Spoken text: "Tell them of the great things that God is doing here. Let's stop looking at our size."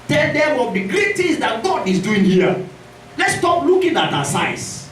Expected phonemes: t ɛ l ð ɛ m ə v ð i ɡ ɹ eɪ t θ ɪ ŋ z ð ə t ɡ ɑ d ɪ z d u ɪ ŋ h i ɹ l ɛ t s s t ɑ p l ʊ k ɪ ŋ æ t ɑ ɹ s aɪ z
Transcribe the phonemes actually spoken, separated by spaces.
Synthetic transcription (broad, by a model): t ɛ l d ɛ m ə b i ɡ ɹ eɪ t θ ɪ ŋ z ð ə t ɡ ɑ d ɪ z d u ɪ ŋ h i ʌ l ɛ t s s t ɑ p l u k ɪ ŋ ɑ t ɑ s aɪ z